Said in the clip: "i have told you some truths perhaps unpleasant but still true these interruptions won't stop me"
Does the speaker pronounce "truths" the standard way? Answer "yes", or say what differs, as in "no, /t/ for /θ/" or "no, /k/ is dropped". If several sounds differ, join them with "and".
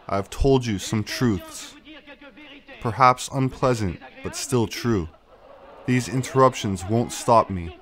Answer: yes